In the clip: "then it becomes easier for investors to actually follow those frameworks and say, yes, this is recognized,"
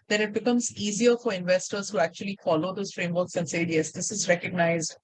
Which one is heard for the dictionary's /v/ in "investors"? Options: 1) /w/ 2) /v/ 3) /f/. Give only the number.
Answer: 2